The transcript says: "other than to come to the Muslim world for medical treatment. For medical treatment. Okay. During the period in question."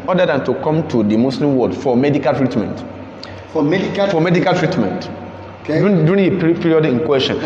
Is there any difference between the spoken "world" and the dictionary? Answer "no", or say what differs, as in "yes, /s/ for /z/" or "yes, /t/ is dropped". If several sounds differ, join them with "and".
yes, /l/ is dropped